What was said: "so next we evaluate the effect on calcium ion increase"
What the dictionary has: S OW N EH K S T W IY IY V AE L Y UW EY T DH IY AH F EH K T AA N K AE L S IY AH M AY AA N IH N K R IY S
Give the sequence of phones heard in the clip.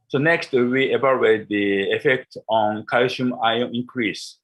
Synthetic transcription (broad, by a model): S OW N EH K S T W IY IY B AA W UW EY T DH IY AH F EH K T AA N K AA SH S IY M AY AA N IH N K R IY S